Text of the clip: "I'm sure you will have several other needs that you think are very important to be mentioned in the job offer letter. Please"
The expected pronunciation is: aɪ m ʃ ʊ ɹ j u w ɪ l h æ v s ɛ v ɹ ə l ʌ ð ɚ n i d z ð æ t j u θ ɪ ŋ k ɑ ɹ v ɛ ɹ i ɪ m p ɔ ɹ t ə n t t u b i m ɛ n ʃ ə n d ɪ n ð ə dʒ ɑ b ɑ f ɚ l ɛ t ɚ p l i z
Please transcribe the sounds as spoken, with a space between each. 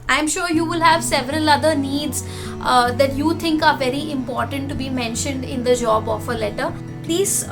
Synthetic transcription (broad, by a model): aɪ m ʃ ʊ ɹ j u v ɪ l h æ v s ɛ v ɹ ə l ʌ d ɚ n i d z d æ t j u t ɪ ŋ k ɑ ɹ v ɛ ɹ i ɪ m p ɔ ɹ t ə n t t u b i m ɛ n ʃ ə n d ɪ n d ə dʒ ɑ b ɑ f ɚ l ɛ t ɚ p l i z